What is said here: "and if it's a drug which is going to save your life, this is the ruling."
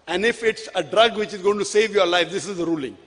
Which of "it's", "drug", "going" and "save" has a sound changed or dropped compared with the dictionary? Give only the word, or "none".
none